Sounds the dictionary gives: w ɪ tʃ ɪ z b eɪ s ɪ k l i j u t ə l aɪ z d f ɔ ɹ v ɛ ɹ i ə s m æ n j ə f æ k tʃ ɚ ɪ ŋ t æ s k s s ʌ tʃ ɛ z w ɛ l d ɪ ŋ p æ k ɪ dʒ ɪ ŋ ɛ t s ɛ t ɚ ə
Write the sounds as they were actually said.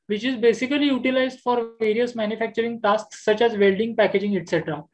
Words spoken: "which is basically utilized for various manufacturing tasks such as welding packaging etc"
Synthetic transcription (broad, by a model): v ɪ tʃ ɪ z b eɪ s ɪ k l i j u t ə l aɪ z d f ɔ ɹ v ɛ ɹ i ə s m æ n j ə f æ k tʃ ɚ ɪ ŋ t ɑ s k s s ʌ tʃ ɛ z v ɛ l d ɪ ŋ p æ k ɪ dʒ ɪ ŋ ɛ t s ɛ t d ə